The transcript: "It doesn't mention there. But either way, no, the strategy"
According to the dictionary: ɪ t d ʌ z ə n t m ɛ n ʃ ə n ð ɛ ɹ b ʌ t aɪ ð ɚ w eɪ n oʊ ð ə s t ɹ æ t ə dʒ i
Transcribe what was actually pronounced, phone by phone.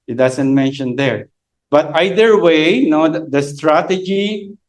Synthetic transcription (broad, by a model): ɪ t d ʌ s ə n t m ɛ n ʃ ə n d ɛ ɹ b ʌ t aɪ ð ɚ w eɪ n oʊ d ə s t ɹ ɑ t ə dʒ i